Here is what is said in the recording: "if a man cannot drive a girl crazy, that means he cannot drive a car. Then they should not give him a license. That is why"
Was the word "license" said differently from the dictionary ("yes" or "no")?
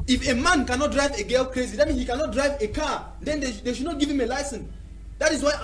no